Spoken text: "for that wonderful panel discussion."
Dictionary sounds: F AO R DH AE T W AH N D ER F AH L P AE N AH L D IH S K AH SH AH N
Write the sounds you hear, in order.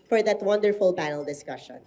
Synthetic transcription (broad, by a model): F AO R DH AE T W AH N D ER F AH L P AE N AH L D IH S K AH SH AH N